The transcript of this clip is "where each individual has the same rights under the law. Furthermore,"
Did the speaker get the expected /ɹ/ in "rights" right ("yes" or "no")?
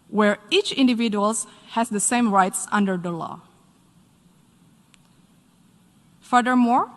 yes